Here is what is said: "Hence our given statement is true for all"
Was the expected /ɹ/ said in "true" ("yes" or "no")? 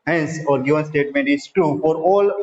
no